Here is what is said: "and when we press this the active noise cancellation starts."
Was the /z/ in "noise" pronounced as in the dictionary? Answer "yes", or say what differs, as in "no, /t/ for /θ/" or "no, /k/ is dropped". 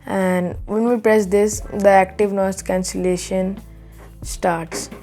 no, /s/ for /z/